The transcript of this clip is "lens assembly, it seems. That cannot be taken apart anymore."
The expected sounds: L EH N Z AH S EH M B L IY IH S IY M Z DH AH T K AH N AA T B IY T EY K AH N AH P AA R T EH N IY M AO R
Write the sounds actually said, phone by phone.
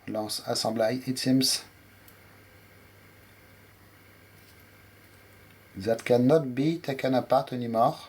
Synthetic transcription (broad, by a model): L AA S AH S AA B L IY IH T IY M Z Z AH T K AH N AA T B IY T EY K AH N AH P AA R T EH N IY M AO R